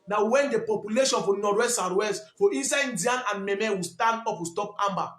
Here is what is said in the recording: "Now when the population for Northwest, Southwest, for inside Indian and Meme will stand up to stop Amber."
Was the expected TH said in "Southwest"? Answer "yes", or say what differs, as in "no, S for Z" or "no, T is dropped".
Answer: no, T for TH